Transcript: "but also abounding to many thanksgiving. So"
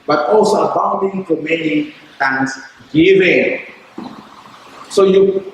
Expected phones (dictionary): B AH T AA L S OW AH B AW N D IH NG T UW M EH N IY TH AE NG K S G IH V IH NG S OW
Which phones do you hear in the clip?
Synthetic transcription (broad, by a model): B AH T AA L S OW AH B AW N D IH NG T UW M EH N IY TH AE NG S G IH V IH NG S OW